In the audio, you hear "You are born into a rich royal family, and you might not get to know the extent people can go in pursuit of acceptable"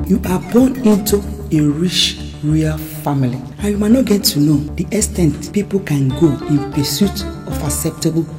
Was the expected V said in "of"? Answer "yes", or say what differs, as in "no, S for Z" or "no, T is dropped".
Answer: no, F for V